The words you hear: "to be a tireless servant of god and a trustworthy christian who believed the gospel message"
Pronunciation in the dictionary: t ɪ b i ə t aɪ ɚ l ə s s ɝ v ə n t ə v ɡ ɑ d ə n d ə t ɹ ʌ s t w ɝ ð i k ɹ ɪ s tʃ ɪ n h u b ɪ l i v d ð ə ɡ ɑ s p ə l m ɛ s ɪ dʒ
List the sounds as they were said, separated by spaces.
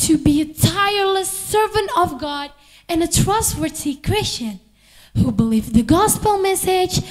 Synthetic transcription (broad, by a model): t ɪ b i ə t aɪ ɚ l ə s s ɝ v ə n t ə v ɡ ɑ d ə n ə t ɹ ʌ s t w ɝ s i k ɹ ɪ s tʃ ɪ n h u b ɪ l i v ð ə ɡ ɑ s p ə l m ɛ s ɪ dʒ